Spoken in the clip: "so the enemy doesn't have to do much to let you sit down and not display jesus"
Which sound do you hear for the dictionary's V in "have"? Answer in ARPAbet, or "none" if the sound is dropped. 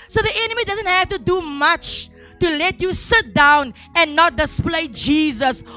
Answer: F